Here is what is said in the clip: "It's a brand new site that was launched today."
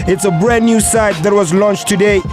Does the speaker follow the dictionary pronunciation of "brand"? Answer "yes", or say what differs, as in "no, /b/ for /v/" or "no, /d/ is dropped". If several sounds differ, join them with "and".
no, /n/ is dropped